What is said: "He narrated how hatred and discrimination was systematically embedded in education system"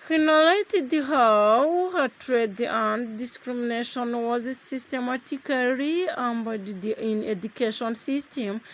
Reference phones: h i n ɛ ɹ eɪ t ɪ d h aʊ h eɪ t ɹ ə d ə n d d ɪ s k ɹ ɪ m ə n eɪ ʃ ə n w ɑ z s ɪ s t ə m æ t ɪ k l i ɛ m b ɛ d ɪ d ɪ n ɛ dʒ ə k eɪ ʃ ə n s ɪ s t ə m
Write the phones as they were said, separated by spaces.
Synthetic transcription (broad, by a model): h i n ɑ l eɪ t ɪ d h aʊ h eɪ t ɹ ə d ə n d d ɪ s k ɹ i m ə n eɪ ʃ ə n w ɑ z s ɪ s t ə m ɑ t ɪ k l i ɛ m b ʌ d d ɪ n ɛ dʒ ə k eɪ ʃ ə n s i s t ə m